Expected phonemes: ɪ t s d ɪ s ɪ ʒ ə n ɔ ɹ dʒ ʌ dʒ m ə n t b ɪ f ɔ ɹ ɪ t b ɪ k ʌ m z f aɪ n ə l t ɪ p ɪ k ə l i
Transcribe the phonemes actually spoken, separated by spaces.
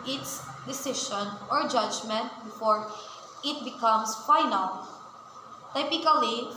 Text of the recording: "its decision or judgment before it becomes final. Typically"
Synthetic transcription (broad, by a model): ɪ t s d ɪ s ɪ ʃ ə n ɔ ɹ dʒ ʌ dʒ m ə n t b ɪ f ɔ ɹ ɪ t b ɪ k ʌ m s f aɪ n ə l t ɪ p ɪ k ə l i